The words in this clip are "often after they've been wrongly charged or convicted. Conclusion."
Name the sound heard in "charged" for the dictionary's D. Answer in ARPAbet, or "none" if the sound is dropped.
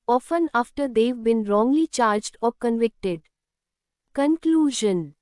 D